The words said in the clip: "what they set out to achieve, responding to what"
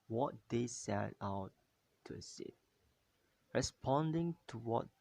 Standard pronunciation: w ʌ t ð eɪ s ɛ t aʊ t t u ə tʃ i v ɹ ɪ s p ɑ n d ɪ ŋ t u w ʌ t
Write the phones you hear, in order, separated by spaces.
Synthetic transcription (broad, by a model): w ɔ t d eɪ s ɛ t aʊ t t u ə s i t ɹ ɪ s p ɑ n d ɪ ŋ t u w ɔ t